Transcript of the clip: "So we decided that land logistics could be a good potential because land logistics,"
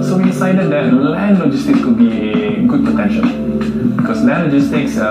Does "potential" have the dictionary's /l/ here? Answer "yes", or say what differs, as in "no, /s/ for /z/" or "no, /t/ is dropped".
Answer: no, /n/ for /l/